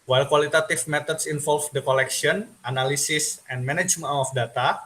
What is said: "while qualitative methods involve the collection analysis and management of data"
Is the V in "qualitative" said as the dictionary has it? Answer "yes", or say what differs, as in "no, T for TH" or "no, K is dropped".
no, F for V